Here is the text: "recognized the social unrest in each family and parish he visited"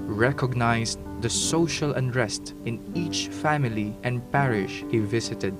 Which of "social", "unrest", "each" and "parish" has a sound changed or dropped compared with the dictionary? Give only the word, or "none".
none